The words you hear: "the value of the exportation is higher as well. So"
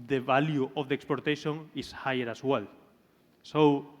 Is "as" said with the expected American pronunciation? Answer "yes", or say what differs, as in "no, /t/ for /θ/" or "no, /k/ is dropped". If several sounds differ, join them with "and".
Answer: no, /s/ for /z/